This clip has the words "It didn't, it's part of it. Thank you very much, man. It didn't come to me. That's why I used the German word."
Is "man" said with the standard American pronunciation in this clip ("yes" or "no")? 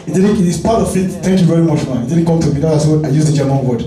no